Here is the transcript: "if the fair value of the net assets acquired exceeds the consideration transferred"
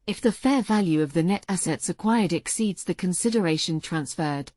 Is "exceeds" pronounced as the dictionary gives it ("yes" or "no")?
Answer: yes